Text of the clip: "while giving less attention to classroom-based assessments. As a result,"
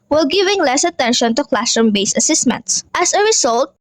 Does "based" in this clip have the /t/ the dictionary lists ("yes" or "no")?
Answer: no